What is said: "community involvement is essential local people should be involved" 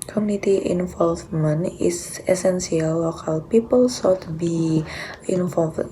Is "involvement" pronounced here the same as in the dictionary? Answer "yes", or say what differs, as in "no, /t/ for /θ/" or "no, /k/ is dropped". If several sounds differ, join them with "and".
no, /t/ is dropped